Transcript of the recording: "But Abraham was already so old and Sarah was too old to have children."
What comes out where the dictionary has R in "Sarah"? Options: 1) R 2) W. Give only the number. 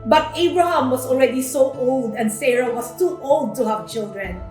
1